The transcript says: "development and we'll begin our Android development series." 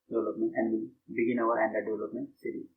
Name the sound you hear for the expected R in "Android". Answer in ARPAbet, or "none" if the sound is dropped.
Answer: none